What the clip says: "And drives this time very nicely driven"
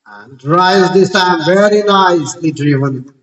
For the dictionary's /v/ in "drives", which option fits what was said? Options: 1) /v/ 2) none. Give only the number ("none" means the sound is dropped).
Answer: 2